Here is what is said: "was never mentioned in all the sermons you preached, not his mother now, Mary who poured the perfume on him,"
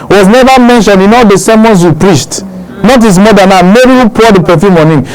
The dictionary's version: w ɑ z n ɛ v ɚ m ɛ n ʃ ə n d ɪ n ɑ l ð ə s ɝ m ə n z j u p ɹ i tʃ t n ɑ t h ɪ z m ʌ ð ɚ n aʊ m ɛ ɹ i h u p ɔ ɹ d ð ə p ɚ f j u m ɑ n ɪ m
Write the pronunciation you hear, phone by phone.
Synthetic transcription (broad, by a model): w ɑ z n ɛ v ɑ m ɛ n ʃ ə n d ɪ n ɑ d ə s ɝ m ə n s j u p ɹ i s t n ɑ t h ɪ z m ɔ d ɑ n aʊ m ɛ ɹ i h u p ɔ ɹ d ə p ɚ f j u m ɑ n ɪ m